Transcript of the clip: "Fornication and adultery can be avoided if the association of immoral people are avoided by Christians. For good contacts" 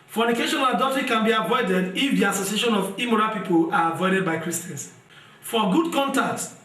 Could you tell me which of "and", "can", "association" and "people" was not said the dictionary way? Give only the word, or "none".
and